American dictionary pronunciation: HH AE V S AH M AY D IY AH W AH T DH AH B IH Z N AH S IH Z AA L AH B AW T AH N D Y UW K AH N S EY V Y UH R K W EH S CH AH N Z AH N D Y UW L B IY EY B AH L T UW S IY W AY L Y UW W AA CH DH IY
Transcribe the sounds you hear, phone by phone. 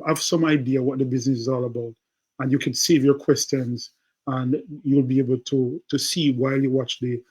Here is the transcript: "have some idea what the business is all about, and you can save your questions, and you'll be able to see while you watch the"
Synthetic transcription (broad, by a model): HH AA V S AH M AY D IY AH W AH T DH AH B IH Z N AH S IH Z AA L AH B AW T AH N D Y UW K AH N S EY V Y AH R K W EH S CH AH N Z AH N Y UW L B IY EY B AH L T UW S IY W AY L Y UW W AA CH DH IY